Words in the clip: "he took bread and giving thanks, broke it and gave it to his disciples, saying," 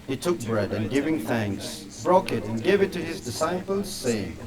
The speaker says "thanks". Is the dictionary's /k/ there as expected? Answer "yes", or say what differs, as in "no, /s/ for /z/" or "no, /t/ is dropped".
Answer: yes